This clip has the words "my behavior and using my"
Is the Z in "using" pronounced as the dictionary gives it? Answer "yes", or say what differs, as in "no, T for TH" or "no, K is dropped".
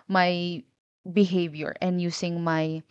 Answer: no, S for Z